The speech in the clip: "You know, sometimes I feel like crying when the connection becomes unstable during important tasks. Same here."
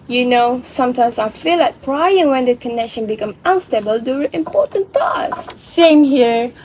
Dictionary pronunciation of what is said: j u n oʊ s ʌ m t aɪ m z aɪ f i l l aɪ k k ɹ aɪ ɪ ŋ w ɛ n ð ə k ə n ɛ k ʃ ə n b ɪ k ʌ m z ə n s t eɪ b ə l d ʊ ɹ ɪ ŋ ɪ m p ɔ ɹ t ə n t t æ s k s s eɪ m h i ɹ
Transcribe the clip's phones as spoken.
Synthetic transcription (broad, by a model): j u n oʊ s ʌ m t aɪ m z aɪ f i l l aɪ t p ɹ aɪ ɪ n w ɛ n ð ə k ə n ɛ k ʃ ə n b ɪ k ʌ m ə n s t eɪ b ə l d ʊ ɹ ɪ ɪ m p ɔ ɹ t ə n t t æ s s s eɪ m h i ɹ